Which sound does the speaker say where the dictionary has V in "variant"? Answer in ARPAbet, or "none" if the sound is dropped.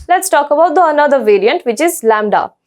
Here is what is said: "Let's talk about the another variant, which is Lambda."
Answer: V